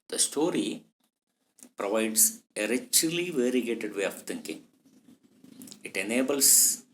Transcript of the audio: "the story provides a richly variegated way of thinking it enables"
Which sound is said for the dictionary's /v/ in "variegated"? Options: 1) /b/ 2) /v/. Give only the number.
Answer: 2